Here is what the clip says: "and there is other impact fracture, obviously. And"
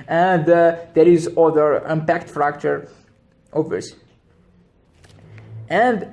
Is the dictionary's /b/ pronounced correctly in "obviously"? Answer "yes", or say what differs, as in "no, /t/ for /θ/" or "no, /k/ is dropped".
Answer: no, /b/ is dropped